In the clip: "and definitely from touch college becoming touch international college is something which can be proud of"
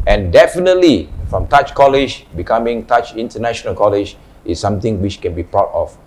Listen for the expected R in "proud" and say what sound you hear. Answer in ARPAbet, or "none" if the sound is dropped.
none